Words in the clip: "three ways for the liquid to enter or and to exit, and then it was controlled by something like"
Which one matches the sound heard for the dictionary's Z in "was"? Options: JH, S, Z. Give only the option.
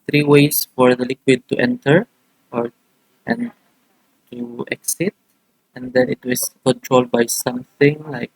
S